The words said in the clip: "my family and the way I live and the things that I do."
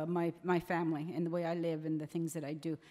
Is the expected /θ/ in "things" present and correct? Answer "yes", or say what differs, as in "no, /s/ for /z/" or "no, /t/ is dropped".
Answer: yes